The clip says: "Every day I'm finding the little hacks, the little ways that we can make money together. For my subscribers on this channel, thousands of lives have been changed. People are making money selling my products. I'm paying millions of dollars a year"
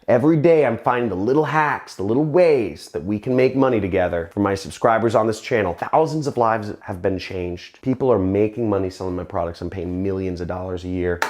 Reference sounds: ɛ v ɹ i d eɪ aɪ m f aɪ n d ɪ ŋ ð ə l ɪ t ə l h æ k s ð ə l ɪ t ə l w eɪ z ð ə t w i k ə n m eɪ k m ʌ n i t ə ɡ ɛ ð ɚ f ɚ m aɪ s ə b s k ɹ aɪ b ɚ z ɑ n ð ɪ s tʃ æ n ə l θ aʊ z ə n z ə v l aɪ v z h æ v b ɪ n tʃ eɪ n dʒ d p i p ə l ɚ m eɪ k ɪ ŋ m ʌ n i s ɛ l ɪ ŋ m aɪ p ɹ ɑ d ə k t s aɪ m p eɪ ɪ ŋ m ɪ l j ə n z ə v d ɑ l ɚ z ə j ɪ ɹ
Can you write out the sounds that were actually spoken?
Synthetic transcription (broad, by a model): ɛ v ɹ i d eɪ aɪ m f aɪ n d ɪ ŋ ð ə l ɪ t l h æ k s ð ə l ɪ t l w eɪ z ð ə t w i k ə n m eɪ k m ʌ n i t ə ɡ ɛ ð ɚ f ɚ m aɪ s ə b s k ɹ aɪ b ɚ z n ð ɪ s tʃ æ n l θ aʊ z ə n z ə v l aɪ v z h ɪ v b ɪ n tʃ eɪ n dʒ d p i p l ɚ m eɪ k ɪ ŋ m ʌ n i s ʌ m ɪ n m aɪ p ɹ ɑ d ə k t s aɪ m p eɪ ɪ ŋ m ɪ l j ə n z ə v d ɑ l ɚ z ə j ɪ ɹ